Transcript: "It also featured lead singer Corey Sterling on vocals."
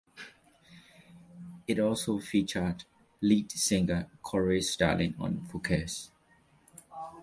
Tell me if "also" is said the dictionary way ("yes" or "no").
yes